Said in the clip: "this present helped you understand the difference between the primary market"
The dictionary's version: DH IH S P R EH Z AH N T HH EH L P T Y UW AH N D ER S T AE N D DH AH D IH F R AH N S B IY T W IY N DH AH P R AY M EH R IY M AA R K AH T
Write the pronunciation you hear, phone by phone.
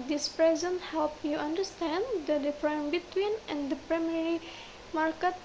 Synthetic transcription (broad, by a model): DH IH S P R EH Z AH N T HH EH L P Y UW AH N D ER S T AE N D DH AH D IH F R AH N B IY T W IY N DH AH P R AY M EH R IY M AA R K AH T